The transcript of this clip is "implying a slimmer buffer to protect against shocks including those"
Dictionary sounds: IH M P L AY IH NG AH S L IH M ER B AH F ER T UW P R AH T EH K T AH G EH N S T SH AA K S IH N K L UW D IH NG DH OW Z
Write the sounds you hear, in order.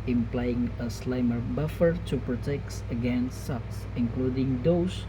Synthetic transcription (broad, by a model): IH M P L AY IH NG AH S L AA M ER B AH F ER T UW P R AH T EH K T AH G EH N S T S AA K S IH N K L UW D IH NG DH OW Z